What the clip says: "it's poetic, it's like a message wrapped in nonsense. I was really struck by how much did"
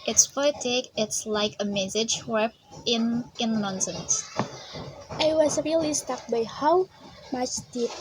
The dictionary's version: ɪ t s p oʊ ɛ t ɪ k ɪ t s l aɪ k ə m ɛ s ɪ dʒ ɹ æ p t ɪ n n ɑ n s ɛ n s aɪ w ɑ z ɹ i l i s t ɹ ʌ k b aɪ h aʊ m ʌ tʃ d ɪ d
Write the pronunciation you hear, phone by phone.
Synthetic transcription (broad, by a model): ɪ t s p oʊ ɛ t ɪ k ɪ t s l aɪ k ə m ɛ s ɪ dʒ w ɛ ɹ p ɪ n n ɑ n s ɛ n s aɪ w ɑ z ɹ i l i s t ʌ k b aɪ h aʊ m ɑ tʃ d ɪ